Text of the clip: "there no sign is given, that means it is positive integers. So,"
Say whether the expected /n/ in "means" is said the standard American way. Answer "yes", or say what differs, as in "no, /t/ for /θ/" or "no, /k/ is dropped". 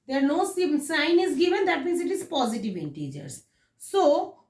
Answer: no, /n/ is dropped